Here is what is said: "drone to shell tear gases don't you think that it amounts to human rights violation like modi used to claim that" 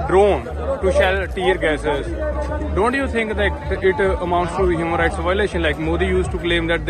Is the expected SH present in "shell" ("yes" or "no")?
yes